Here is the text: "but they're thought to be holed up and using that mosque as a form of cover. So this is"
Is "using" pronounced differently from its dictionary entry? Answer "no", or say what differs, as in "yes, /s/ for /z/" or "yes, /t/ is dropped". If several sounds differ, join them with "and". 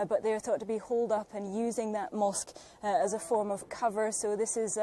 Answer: no